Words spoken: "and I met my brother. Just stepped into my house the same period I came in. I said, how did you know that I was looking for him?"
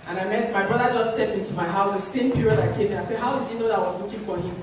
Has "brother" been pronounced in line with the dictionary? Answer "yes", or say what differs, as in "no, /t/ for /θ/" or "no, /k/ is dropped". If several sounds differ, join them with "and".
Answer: yes